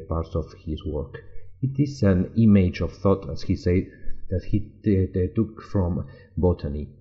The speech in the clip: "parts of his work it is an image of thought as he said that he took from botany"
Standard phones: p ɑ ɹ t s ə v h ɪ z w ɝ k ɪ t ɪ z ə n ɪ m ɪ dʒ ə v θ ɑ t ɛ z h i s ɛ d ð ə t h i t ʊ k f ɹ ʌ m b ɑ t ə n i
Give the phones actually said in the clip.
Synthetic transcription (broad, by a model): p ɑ ɹ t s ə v h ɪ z w ɝ k ɪ t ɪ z ə n ɪ m ɪ dʒ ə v θ ɑ t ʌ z h i s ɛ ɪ ð ə t h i t ʊ k f ɹ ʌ m b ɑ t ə n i